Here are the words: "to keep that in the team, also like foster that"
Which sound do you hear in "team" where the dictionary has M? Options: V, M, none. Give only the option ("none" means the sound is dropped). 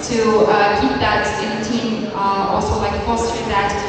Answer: none